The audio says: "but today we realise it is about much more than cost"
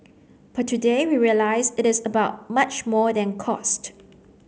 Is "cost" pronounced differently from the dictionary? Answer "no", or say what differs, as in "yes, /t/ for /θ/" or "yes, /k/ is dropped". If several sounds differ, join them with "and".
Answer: no